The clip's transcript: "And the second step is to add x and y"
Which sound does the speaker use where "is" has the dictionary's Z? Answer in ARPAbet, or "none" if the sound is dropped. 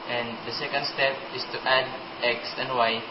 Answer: S